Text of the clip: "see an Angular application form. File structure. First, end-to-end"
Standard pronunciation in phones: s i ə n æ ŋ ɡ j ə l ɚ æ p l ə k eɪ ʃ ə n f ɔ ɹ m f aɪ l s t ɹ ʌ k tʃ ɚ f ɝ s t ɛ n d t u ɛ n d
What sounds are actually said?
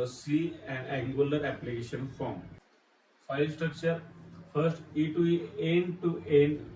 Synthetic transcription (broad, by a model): s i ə n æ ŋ ɡ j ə l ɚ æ p l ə k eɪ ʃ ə n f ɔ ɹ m f aɪ l s t ɹ ʌ k tʃ ɚ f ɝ s t ɛ n d t u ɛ n d